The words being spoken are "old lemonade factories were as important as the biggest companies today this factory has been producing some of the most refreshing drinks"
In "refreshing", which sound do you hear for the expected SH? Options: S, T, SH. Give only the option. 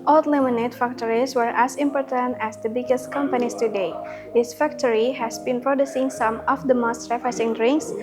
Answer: S